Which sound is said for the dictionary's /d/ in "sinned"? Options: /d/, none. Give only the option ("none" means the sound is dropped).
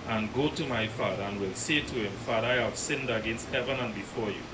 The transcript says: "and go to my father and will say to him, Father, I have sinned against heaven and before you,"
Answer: /d/